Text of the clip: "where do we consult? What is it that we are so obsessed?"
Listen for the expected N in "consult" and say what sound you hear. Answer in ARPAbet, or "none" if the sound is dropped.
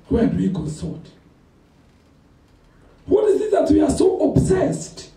none